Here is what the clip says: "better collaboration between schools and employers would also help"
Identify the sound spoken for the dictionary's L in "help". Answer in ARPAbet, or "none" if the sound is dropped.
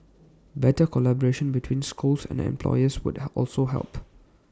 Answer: L